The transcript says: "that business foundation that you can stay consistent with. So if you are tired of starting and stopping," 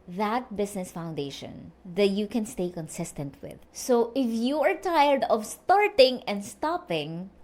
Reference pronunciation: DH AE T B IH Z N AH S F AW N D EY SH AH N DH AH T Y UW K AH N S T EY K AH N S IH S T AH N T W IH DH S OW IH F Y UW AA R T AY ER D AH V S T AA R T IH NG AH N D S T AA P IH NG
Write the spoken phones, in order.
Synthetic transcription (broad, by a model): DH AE T B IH S N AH S F AW N D EY SH AH N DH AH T Y UW K AH N S T EY K AH N S IH S T AH N T W IH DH S OW IH F Y UW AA R T AY ER D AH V S T AA R T IH NG AH N D S T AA P IH NG